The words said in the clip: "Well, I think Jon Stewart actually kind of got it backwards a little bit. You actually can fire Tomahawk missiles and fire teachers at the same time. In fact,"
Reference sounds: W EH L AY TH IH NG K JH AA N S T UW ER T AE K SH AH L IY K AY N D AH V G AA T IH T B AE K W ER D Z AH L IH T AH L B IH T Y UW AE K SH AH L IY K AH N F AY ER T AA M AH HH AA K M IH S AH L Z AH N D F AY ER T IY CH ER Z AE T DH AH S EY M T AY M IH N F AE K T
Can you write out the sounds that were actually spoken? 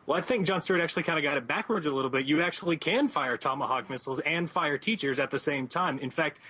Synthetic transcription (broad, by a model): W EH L AY TH IH NG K JH AA N S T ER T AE K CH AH L IY K AY N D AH G AA T IH T B AE K W ER D Z AH L IH T L B IH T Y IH AE K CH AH L IY K AH N F AY ER T AA M AH HH AA K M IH S L Z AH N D F AY ER T IY CH ER Z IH T DH AH S EY M T AY M IH N F AE K T